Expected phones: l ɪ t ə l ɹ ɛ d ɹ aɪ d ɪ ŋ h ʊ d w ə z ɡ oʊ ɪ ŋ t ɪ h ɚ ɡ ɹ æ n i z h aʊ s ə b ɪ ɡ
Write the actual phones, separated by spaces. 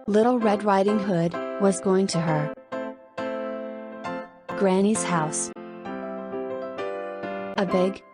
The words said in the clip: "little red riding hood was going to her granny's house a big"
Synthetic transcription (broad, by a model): l ɪ t l ɹ ɛ d ɹ aɪ d ɪ ŋ h ʊ d w ə z ɡ oʊ ɪ ŋ t ɪ ɚ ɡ ɹ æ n i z h aʊ s ə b ɪ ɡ